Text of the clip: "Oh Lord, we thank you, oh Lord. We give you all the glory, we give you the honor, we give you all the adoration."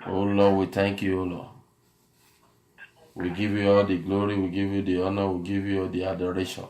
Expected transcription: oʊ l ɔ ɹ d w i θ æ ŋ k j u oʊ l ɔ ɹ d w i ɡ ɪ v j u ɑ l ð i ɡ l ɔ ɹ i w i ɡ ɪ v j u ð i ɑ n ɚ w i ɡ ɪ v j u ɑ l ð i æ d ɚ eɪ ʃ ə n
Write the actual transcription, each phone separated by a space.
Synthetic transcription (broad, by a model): oʊ l ɔ w i t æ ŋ k j u oʊ l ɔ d w i ɡ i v j u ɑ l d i ɡ l ɔ ɹ i w i ɡ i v j u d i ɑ n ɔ w i ɡ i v j u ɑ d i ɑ d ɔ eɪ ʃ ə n